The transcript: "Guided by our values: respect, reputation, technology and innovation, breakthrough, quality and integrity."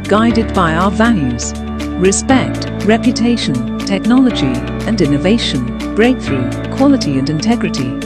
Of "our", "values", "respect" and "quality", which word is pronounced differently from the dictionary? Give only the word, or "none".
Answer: none